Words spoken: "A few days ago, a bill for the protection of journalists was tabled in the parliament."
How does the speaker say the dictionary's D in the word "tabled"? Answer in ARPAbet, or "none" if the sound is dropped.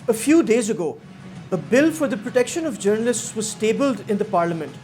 D